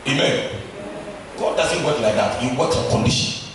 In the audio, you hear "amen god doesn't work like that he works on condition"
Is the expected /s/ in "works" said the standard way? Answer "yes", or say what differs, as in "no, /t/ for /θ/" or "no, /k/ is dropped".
no, /s/ is dropped